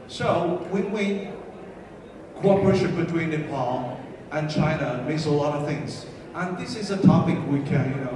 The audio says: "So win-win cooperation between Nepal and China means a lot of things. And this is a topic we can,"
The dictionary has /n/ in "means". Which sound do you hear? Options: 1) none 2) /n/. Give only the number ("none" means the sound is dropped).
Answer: 1